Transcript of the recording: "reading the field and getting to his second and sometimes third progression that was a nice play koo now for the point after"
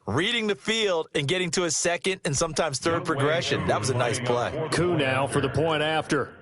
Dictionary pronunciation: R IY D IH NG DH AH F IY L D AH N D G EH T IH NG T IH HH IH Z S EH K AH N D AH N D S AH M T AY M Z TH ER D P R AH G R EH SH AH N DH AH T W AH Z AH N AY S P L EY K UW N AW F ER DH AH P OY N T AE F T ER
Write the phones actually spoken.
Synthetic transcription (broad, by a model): R IY D IH NG DH AH F IY L D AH N G EH T IH NG T IH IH S EH K AH N D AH N S AH M T AY M Z TH ER D P R AH G R EH SH AH N DH AH T W AH Z AH N AY S P L EY K UW N AW F ER DH AH P OY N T AE F T ER